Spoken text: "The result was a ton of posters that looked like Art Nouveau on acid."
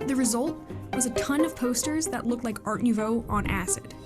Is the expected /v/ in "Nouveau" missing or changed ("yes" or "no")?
no